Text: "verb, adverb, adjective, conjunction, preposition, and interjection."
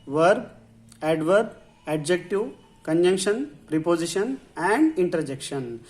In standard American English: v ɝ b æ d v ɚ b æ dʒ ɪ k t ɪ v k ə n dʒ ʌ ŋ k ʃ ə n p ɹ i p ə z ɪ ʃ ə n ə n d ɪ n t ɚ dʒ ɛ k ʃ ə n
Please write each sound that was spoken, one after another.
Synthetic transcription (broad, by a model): v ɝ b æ d v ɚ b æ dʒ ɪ k t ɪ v k ə n dʒ ʌ ŋ k ʃ ə n p ɹ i p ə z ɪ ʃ ə n ə n d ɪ n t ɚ dʒ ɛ k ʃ ə n